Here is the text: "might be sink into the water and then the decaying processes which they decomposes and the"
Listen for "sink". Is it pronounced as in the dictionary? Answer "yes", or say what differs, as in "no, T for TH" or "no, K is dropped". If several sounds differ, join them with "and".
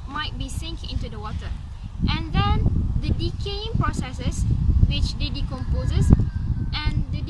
yes